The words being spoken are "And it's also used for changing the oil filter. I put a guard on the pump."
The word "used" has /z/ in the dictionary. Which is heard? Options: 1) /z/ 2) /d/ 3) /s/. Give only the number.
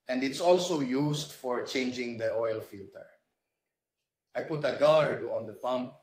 3